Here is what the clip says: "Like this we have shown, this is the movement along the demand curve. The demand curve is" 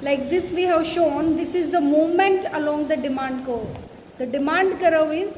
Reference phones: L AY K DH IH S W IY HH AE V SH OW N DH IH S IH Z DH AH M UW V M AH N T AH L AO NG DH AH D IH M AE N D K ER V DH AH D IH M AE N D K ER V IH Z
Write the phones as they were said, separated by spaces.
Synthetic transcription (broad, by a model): L AY K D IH S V IY HH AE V SH OW N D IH S IH Z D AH M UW M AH N T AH L AO NG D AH D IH M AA N D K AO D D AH D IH M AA N D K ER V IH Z